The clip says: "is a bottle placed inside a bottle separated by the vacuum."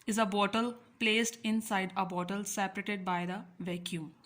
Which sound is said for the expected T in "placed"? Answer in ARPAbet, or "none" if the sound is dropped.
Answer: T